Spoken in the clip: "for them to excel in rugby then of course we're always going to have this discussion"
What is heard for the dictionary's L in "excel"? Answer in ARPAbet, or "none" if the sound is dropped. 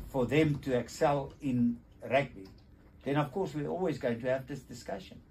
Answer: L